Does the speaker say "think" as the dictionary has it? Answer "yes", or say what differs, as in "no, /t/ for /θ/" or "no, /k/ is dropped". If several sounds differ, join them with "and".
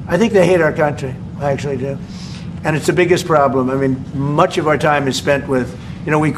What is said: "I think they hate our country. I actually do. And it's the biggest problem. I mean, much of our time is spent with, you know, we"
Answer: yes